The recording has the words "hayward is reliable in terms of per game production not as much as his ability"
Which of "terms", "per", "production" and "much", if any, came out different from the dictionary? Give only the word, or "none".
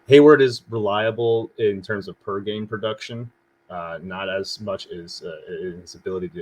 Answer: none